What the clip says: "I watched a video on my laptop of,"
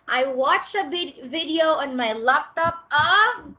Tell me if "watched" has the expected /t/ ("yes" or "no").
no